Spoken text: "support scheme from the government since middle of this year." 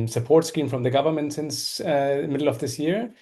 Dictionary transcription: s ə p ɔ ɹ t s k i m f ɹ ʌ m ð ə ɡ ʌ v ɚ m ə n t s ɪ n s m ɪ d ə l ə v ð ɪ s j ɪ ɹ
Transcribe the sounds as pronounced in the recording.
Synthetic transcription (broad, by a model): s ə p ɔ ɹ t s k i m f ɹ ʌ m ð ə ɡ ʌ v ɚ m ə n t s ɪ n s m ɪ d l ə v ð ɪ s j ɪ ɹ